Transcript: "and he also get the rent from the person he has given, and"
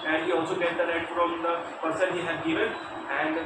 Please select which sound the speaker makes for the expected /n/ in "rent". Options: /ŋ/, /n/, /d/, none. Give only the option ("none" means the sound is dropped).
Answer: none